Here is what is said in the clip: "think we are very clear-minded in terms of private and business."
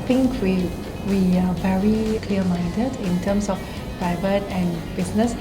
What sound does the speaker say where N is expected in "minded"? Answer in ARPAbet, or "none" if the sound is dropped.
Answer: N